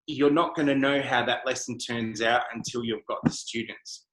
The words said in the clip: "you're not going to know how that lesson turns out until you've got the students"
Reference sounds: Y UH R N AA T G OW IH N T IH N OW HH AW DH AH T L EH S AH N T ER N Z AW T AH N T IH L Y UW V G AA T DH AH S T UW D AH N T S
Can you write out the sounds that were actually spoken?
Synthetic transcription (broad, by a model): Y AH R N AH T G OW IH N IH N OW HH AW DH AH T L EH S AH N T ER N Z AW T AH N T IH L Y UW V G AA T DH AH S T UW D N T S